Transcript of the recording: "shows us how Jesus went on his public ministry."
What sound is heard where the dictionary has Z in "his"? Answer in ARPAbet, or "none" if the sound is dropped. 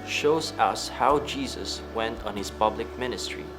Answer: S